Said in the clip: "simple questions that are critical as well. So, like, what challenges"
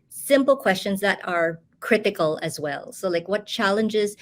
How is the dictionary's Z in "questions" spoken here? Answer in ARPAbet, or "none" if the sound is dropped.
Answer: Z